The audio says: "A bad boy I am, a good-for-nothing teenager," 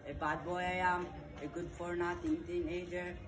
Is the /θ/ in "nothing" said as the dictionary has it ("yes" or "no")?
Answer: no